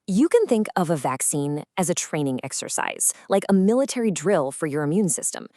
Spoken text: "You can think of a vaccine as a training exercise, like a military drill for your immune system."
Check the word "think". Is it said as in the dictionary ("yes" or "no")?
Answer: yes